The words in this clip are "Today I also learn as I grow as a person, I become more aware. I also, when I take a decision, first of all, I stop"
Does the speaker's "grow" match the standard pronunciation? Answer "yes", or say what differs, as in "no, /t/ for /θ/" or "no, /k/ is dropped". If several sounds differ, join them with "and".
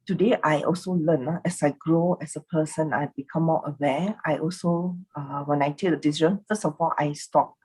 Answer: yes